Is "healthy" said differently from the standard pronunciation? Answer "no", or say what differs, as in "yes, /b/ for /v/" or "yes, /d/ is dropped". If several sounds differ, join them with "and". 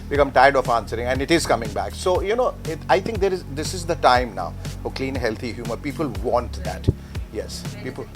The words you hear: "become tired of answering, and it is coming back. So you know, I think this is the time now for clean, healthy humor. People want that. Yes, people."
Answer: yes, /t/ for /θ/